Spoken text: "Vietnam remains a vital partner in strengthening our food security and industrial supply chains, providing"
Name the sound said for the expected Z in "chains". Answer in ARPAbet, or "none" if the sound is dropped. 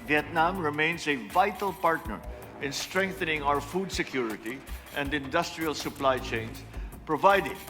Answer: S